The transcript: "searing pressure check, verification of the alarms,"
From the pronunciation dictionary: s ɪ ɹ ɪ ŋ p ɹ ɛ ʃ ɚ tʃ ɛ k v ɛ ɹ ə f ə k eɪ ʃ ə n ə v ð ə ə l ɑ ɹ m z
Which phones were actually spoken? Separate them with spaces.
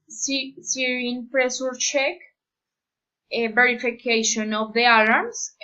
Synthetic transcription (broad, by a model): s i ɹ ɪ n p ɹ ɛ s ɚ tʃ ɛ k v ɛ ɹ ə f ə k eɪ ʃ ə n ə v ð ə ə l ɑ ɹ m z